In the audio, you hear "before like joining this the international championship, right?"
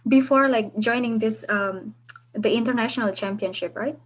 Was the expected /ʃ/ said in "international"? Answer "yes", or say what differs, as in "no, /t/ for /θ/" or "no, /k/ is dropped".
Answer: yes